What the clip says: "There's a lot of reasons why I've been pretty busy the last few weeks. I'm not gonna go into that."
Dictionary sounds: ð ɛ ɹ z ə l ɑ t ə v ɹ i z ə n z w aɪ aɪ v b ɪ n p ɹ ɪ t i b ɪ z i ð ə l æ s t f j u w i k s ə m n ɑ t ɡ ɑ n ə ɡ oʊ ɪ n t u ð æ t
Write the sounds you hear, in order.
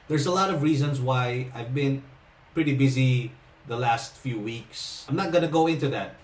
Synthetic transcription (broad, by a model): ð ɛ ɹ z ə l ɑ t ə v ɹ i z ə n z w aɪ aɪ v b ɪ n p ɹ ɪ t i b ɪ z i ð ə l æ s t f j u w i k s ə m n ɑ t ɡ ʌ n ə ɡ oʊ ɪ n t u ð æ t